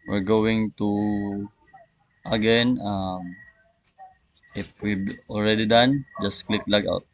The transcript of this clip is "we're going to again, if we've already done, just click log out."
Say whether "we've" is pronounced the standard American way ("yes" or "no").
no